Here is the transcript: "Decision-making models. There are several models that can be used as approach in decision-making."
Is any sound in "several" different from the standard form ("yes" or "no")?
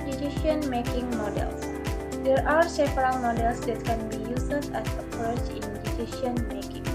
yes